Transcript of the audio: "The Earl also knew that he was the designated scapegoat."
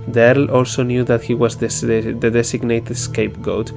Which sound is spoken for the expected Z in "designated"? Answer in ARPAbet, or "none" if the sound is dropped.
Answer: S